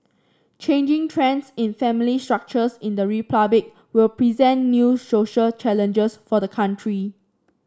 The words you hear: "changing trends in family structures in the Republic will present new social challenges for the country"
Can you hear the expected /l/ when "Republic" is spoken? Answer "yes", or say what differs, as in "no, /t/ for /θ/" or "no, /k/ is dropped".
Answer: no, /l/ is dropped